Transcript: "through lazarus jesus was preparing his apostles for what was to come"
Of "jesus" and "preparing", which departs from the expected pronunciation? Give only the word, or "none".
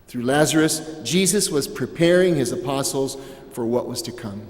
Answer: none